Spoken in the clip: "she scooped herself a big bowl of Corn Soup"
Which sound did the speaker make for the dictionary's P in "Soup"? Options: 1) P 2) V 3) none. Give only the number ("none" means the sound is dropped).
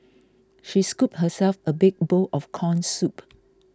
1